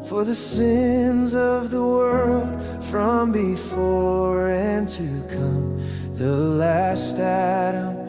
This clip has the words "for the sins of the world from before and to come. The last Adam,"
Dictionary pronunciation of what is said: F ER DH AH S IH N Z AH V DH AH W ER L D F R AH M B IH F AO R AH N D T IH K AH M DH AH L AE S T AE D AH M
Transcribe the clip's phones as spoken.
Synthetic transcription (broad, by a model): F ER DH AH S IH N Z AH V DH AH W ER L D F R AH M B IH F AO R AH N T IH K AH M DH AH L AE S T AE D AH M